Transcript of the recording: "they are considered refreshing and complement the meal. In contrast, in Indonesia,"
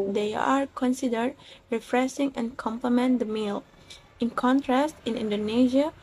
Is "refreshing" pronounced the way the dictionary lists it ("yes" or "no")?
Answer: no